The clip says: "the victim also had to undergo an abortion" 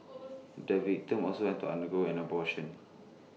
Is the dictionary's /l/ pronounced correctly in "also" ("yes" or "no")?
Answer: no